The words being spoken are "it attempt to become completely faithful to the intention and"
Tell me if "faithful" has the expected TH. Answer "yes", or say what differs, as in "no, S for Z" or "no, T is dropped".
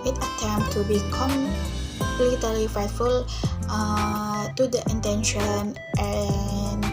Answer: no, T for TH